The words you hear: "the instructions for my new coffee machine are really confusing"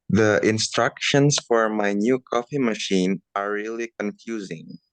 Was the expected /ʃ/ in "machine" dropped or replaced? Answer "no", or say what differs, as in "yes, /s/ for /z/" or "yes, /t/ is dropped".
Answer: no